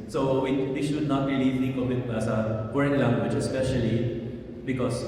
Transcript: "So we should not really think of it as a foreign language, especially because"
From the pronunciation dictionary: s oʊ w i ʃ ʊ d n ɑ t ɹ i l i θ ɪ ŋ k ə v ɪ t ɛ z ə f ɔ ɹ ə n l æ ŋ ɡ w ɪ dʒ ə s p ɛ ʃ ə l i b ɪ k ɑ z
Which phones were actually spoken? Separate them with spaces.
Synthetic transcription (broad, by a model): s oʊ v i ʃ ʊ d n ɑ t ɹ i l i s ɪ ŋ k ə b ɪ t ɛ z ə p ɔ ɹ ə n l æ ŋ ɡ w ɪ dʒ ə s p ɛ ʃ ə l i b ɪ k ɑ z